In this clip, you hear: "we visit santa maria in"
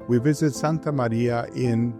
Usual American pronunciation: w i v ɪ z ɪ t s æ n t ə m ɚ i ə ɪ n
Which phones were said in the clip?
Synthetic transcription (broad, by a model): w i v ɪ z ɪ t s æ n t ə m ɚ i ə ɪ n